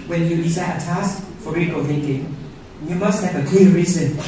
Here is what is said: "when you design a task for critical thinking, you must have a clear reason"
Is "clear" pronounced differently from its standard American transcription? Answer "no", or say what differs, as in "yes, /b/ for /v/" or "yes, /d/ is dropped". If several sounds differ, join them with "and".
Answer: yes, /l/ is dropped